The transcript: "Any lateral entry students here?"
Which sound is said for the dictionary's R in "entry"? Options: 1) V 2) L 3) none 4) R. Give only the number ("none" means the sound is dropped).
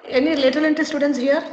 3